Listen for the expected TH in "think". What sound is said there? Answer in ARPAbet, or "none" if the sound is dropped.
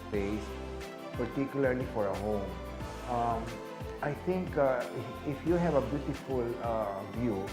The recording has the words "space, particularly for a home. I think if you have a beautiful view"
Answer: T